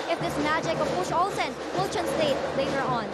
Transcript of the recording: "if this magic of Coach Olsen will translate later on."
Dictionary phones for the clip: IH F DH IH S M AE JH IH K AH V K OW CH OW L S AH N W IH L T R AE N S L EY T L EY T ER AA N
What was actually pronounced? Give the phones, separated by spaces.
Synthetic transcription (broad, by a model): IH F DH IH S M AE JH IH K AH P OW SH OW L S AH N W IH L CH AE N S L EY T L EY T ER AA N